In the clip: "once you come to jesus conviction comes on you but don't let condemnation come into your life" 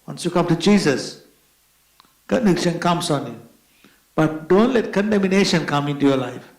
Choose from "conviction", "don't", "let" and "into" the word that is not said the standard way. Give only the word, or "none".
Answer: conviction